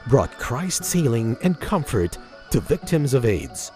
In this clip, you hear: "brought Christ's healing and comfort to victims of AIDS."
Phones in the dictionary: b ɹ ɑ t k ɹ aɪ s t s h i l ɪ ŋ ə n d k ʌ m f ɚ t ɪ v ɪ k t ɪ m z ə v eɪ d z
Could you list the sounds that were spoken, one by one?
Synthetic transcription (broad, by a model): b ɹ ɑ t k ɹ aɪ s t s h i l ɪ ŋ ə n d k ʌ m f ɚ t ɪ v ɪ k t ɪ m z ə v eɪ d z